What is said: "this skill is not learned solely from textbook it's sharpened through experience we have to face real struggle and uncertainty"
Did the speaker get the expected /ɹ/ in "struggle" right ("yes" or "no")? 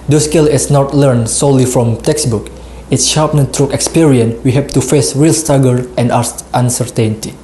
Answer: no